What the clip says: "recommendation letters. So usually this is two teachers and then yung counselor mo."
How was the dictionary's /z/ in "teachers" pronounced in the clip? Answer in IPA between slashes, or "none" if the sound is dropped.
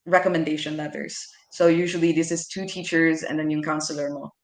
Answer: /z/